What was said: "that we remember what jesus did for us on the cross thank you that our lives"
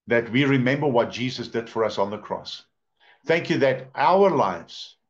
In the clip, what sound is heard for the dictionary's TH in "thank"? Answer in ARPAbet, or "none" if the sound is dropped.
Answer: TH